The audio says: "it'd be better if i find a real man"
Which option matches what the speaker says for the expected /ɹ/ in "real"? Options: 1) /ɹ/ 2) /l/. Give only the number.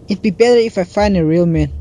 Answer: 1